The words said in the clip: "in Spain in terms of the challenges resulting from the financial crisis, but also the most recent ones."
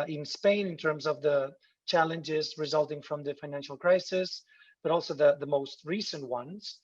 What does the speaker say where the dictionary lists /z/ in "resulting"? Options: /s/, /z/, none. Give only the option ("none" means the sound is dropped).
/z/